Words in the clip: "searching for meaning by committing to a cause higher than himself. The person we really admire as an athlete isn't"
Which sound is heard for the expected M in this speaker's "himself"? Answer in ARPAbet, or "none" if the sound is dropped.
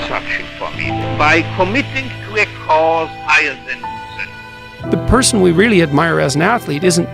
none